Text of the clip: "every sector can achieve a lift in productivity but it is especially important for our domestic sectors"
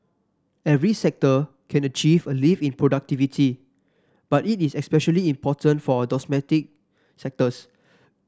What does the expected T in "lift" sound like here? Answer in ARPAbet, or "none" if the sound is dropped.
none